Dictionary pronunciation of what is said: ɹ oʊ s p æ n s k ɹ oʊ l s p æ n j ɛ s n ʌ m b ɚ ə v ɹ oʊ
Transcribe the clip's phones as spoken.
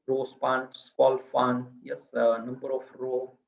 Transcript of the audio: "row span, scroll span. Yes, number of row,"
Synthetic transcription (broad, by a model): ɹ oʊ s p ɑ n s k oʊ l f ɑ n j ɛ s n ʌ m b ɚ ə f ɹ oʊ